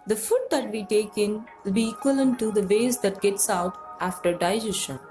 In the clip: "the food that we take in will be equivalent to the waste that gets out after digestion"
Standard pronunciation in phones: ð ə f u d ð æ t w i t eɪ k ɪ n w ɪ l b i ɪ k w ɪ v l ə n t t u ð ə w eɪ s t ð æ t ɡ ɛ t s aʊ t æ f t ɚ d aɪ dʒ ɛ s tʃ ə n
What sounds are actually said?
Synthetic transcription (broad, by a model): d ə f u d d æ t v i t eɪ k ɪ n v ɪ l b i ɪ k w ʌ l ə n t t u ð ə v eɪ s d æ t ɡ ɛ t s aʊ t æ f t ɚ d aɪ dʒ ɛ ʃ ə n